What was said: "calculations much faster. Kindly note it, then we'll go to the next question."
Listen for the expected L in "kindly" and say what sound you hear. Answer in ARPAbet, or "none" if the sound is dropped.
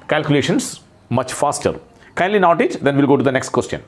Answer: L